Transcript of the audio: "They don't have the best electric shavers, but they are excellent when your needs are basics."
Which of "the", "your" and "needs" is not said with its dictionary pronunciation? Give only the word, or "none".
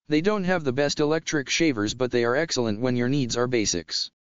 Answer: none